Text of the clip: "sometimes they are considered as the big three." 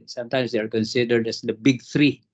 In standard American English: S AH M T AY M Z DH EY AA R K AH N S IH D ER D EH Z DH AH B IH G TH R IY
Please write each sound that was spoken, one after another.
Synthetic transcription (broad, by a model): S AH M T AY M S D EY AA R K AH N S IH D ER D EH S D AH B IH G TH R IY